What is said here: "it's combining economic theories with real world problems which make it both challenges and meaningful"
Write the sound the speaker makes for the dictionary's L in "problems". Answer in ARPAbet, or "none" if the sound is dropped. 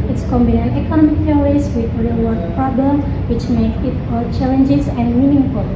none